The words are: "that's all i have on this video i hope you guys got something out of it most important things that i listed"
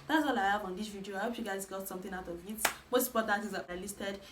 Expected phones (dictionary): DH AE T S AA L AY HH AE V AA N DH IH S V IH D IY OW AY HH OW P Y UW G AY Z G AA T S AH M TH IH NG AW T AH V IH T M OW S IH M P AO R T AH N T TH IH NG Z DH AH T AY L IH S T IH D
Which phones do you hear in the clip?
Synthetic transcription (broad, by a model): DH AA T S AA L AY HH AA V AA N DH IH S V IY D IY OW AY HH OW P Y UW G AY Z G AA T S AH M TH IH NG AW T AH V IH T M OW S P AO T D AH T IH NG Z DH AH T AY L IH S T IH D